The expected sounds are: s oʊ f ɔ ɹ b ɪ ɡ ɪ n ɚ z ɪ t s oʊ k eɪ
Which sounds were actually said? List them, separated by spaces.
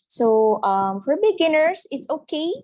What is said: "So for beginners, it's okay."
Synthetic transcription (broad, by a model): s oʊ f ɔ ɹ b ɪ ɡ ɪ n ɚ s ɪ t s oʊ k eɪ